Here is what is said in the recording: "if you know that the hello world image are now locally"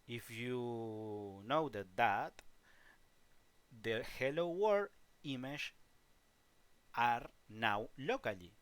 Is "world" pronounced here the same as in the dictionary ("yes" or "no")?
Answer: no